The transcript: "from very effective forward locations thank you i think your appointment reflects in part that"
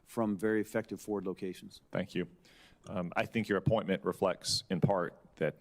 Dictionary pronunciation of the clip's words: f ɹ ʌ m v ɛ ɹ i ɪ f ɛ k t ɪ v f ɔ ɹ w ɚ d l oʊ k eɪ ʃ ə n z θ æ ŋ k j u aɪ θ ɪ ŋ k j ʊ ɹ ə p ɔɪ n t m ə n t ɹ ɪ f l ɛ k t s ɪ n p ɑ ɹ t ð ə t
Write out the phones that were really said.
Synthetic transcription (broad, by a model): f ɹ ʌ m v ɛ ɹ i ɪ f ɛ k t ɪ v f ɔ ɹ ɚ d l oʊ k eɪ ʃ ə n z θ æ ŋ k j u aɪ θ ɪ ŋ k j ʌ ɹ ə p ɔɪ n m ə n t ɹ ɪ f l ɛ k t s ɪ n p ɑ ɹ t ð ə t